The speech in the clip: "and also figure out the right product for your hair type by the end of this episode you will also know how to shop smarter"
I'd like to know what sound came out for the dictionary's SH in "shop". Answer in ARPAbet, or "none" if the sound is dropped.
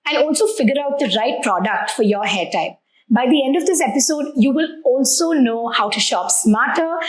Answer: SH